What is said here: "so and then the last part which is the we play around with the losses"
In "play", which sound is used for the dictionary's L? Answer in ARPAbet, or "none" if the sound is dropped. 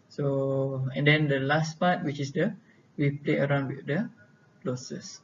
L